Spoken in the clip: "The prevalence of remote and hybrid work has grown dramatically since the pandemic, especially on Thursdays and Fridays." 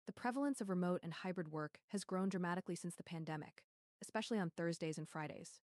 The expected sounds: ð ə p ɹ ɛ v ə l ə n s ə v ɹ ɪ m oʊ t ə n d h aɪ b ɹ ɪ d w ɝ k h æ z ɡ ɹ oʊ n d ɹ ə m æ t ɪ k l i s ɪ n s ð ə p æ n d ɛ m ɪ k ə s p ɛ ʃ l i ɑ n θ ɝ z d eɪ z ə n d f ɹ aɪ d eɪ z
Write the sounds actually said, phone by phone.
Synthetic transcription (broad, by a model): ð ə p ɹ ɛ v l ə n s ə v ɹ ɪ m oʊ t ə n h aɪ b ɹ ɪ d w ɝ k h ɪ z ɡ ɹ oʊ n d ɹ ə m æ t ɪ k l i s ɪ n s ð ə p æ n d ɛ m ɪ k ə s p ɛ ʃ l i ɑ n θ ɝ z d eɪ z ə n f ɹ aɪ d eɪ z